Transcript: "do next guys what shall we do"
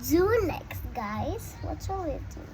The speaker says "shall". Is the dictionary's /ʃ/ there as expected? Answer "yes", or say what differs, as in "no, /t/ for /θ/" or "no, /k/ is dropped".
no, /s/ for /ʃ/